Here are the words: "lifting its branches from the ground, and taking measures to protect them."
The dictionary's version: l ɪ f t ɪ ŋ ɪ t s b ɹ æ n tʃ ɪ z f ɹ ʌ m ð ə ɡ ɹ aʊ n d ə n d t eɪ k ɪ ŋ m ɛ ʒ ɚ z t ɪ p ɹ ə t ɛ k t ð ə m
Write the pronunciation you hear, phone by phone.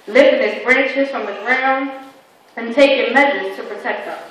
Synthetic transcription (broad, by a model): l ɪ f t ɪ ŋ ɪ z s b ɹ æ n tʃ ɪ z f ɹ ʌ m ð ə ɡ ɹ aʊ n d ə n t eɪ k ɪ m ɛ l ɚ t ɪ p ɹ ə t ɛ k t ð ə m